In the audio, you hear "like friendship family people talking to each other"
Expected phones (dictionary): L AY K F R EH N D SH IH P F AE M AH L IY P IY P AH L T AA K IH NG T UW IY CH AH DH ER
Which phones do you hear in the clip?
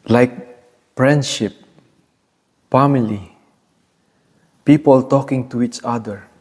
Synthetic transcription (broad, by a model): L AY K F R EH N D SH IH P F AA M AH L IY P IY P AH L T AA K IH NG T UW IY CH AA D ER